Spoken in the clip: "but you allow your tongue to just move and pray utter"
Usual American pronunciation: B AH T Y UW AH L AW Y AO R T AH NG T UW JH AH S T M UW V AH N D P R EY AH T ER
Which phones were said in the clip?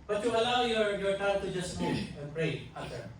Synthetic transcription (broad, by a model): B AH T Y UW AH L AW Y AO R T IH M T UW JH AH S T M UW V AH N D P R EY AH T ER